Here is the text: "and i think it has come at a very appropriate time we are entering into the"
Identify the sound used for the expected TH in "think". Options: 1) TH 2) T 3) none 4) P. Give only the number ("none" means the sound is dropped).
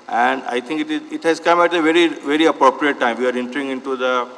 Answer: 2